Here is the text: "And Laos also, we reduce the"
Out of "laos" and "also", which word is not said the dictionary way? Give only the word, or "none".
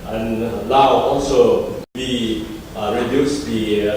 laos